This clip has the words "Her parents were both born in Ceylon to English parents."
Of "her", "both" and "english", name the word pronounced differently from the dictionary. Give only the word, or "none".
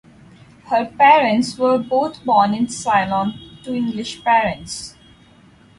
both